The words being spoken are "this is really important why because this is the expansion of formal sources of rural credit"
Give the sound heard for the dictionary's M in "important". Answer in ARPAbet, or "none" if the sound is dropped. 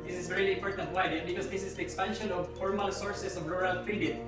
M